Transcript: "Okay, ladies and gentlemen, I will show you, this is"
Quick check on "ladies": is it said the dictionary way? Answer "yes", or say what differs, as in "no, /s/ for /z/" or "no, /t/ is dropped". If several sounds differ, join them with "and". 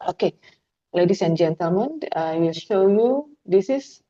no, /s/ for /z/